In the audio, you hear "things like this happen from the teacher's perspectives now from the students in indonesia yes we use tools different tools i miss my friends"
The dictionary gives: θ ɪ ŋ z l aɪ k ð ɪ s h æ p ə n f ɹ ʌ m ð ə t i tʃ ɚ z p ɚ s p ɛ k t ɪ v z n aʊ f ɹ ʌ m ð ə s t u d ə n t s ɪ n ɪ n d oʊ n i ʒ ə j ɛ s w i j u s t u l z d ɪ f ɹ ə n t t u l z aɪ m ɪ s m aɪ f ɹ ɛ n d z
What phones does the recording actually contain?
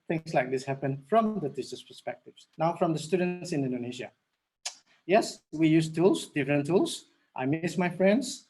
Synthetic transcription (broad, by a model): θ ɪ ŋ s l aɪ k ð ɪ s h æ p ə n f ɹ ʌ m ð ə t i s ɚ s p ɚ s p ɛ k t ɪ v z n aʊ f ɹ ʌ m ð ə s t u d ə n t s ɪ n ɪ n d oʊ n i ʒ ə j ɛ s w i j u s t u l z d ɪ f ɹ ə n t t u l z aɪ m ɪ s m aɪ f ɹ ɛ n d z